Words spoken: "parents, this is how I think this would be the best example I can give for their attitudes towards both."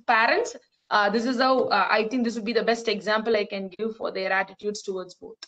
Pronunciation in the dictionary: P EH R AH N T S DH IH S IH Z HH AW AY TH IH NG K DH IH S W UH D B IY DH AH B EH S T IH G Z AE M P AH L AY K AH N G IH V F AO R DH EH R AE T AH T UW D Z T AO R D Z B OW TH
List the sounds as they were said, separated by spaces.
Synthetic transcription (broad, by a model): P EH R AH N T S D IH S IH Z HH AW AY T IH NG K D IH S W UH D B IY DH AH B EH S T IH G Z AE M P AH L AY K AH N G IH V F AO R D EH R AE T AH T UW D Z T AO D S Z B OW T